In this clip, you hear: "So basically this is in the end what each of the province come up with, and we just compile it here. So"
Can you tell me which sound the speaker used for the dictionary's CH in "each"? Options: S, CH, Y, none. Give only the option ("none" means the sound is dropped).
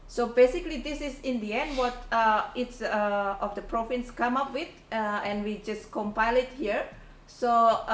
S